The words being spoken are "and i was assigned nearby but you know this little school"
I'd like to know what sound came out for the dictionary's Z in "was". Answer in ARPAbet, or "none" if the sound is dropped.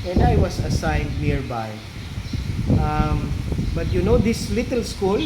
S